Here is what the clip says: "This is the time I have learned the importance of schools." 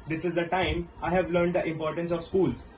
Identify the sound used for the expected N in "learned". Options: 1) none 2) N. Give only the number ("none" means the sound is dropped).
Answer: 2